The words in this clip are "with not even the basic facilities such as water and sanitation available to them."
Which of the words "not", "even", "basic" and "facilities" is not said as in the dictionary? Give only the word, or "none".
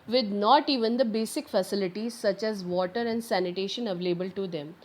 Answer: none